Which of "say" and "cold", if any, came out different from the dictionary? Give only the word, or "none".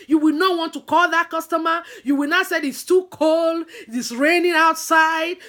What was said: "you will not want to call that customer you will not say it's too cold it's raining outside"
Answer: none